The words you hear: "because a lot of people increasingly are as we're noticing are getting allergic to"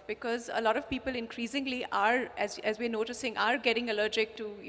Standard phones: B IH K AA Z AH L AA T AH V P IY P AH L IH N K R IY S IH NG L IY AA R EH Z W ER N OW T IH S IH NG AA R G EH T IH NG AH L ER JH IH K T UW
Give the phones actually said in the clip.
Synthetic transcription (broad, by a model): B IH K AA Z AH L AA T AH V P IY P AH L IH N K R IY S IH NG L IY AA R EH Z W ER N OW T IH S IH NG AA R G EH T IH NG AH L ER JH IH K T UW